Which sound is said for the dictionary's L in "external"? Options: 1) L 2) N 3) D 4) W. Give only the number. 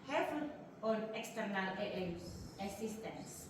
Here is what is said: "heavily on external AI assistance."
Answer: 1